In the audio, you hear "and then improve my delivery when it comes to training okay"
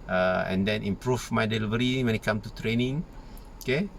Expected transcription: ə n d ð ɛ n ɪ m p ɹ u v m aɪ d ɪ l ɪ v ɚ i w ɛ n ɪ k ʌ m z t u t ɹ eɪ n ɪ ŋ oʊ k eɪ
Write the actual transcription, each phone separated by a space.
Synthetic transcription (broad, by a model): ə n d ɛ n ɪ m p ɹ u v m aɪ d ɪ l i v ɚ i w ɛ n ɪ k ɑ m t u t ɹ eɪ n ɪ ŋ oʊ k eɪ